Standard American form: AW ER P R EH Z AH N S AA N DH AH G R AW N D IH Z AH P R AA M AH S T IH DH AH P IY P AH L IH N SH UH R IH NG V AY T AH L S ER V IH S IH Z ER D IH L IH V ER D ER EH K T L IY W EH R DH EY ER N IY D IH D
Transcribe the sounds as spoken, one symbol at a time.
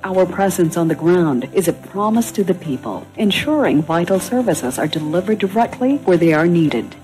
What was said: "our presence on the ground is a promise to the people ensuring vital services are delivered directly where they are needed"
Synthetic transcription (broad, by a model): AW ER P R EH Z AH N S N DH AH G R AW N D IH Z AH P R AA M AH S T IH DH AH P IY P AH L IH N SH UH R IH NG V AY T L S ER V IH S IH Z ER D IH L IH V ER D ER EH K T L IY W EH R DH EY ER N IY D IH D